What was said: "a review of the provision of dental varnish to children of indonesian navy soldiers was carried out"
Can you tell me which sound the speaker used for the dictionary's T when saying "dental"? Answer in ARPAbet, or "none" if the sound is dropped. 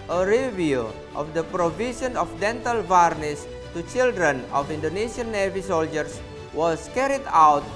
T